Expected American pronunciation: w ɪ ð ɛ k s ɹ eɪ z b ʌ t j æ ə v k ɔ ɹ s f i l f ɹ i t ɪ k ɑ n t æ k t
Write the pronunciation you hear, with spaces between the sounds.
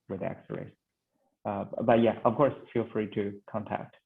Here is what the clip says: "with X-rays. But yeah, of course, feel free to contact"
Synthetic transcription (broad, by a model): w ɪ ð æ k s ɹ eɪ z b ʌ t j æ ə v k ɔ ɹ s f i l f ɹ i t ɪ k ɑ n t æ k t